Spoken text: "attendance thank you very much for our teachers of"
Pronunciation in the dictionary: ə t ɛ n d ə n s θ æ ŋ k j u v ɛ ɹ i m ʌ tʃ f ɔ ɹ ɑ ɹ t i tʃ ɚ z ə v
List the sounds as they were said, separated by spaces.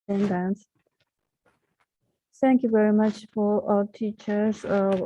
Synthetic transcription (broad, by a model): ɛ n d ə n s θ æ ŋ k j u v ɛ ɹ i m ʌ tʃ f ɔ ɹ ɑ l t i tʃ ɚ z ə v